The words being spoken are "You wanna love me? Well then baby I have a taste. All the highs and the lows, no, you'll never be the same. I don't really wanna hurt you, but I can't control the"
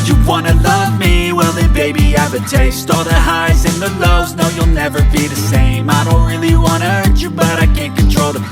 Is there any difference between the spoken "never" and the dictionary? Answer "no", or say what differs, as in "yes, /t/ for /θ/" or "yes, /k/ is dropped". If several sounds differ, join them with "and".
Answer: no